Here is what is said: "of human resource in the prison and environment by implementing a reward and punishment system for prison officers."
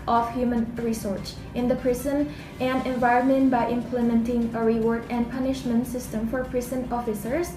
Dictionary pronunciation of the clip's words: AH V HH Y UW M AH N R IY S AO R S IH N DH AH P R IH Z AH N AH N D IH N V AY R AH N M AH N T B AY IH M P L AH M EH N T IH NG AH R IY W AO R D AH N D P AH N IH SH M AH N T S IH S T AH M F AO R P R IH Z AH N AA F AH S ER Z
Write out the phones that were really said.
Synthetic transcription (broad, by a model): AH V HH Y UW M AH N R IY S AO R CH IH N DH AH P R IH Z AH N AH N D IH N V AY R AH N M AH N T B AY IH M P L AH M EH N T IH NG AH R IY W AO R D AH N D P AH N IH SH M AH N T S IH S T AH M F AO R P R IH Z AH N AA F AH S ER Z